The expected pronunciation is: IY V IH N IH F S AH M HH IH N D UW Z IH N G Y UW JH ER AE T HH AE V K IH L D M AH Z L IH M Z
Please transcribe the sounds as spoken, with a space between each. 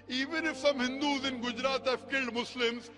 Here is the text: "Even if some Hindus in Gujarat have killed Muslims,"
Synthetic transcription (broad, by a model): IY V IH N IH F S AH M HH IH N D UW Z IH N G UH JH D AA T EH F K IH L D M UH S L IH M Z